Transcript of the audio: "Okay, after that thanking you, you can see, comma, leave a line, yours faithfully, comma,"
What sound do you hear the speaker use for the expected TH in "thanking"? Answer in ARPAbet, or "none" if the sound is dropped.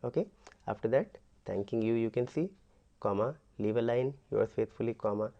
T